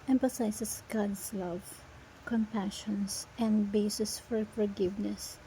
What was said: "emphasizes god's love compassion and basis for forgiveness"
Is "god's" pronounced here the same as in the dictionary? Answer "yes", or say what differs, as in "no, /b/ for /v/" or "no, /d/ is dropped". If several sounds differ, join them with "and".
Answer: no, /s/ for /z/